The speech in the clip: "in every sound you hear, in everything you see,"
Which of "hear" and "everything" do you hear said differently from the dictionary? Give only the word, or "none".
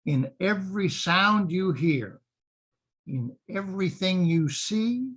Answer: none